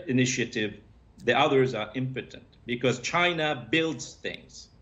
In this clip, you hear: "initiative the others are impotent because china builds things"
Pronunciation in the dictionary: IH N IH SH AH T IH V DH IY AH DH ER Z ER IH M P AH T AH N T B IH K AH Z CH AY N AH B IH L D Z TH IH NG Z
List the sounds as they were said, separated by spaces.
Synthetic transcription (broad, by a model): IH N IH SH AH T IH V DH IY AH DH ER Z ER IH M P AH T AH N T B IH K AH Z CH AY N AH B IH L D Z TH IH NG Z